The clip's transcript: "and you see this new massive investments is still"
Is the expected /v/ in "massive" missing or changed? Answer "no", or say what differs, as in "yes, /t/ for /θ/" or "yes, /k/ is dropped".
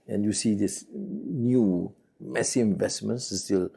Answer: yes, /v/ is dropped